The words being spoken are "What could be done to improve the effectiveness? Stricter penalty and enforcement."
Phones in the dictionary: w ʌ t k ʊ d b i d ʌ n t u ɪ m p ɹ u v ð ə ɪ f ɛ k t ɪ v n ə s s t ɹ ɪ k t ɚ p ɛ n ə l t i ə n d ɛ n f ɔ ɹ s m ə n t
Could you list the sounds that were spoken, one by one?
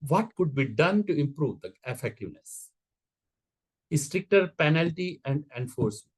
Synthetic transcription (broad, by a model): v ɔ t k ʊ d b i d ʌ n t u ɪ m p ɹ u v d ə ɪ f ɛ k t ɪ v n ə s s t ɹ ɪ k t ɚ p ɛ n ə l t i ə n d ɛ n f ɔ ɹ s m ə n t